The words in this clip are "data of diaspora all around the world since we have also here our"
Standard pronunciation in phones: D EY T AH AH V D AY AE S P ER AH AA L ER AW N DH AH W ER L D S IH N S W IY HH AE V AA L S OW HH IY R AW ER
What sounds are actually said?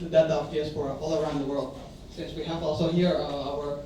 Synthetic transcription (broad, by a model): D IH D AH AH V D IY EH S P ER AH AA L ER AW N DH AH W ER L D S IH N S W IY HH AE V AA L S OW HH IY R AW ER